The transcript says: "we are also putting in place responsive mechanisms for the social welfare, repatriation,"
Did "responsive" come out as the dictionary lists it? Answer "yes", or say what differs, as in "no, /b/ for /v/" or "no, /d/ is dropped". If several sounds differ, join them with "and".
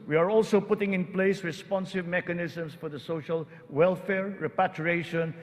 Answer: yes